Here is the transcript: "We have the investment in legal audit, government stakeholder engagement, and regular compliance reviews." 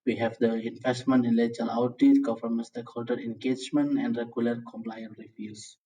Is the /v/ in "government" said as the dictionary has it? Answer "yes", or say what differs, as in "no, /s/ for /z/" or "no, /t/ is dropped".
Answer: no, /f/ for /v/